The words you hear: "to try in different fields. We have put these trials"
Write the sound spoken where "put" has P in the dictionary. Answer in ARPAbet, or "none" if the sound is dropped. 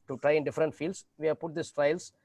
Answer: P